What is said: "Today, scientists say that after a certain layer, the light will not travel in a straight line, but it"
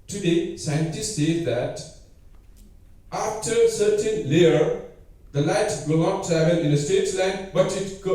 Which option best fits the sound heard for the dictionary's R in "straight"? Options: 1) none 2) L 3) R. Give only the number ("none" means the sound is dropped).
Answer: 1